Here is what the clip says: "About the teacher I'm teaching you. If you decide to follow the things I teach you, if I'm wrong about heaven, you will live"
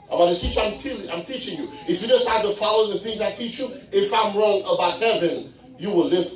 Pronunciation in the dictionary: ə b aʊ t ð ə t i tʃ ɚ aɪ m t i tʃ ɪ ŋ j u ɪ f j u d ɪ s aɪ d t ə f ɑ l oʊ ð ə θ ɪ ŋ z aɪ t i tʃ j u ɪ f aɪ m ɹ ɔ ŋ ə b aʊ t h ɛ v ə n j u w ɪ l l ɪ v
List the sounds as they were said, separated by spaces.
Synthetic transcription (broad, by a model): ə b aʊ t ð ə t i tʃ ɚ aɪ m t i tʃ ɪ ŋ j u ɪ f j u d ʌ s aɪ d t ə f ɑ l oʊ ð ə θ ɪ ŋ z aɪ t i tʃ j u ɪ f aɪ m ɹ ɔ ŋ ə b aʊ t h ɛ v ə n j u w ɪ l l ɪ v